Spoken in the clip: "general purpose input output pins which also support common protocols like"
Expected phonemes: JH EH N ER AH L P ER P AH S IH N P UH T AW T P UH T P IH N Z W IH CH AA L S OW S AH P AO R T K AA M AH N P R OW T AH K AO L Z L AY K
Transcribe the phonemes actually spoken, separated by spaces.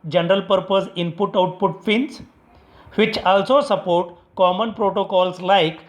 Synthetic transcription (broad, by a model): JH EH N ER AH L P ER P AH S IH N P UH T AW T P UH T F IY N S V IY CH AA L S OW S AH P AO R T K AA M AH N P R OW T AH K AO L S L AY K